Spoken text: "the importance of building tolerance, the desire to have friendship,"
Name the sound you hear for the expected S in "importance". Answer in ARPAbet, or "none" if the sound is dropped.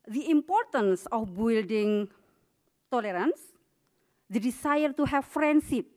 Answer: S